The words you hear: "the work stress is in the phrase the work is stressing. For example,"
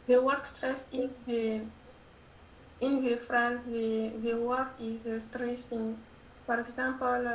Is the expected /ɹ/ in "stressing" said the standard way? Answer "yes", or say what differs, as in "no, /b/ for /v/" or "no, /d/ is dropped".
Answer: yes